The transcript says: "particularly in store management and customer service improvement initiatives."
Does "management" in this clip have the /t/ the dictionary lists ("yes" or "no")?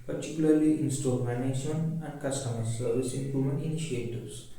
no